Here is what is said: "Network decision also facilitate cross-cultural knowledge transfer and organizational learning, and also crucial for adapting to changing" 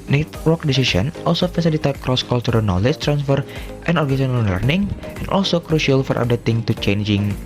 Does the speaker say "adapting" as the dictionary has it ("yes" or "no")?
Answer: no